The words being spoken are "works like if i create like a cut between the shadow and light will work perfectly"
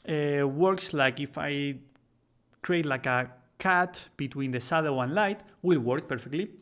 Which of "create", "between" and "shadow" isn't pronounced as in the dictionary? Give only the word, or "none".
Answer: shadow